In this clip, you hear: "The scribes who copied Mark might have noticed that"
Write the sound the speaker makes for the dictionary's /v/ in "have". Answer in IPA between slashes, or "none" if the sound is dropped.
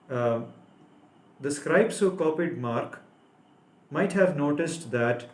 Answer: /v/